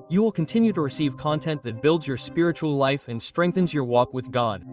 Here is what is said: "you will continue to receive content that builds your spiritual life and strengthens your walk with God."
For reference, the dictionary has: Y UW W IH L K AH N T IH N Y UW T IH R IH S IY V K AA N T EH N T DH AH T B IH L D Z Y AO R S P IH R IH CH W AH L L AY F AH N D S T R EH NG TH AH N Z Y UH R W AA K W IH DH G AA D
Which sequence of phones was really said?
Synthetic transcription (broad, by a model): Y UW W IH L K AH N T IH N Y UW T IH R IH S IY V K AA N T EH N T DH AH T B IH L D Z Y AO R S P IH R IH CH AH L L AY F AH N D S T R EH NG TH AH N Z Y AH R W AA K W IH DH G AA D